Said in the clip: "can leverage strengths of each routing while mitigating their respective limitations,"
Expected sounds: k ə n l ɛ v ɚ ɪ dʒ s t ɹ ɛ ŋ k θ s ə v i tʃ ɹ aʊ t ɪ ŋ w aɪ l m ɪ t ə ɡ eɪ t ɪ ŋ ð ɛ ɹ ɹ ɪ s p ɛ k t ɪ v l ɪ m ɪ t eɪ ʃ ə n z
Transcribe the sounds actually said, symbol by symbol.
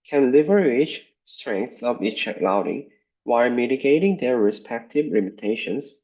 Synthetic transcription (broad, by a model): k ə n l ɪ v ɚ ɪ tʃ s t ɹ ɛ ŋ k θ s ə v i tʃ l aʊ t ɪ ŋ w aɪ l m ɪ t ə ɡ eɪ t ɪ ŋ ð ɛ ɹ ɹ ɪ s p ɛ k t ɪ v l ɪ m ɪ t eɪ ʃ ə n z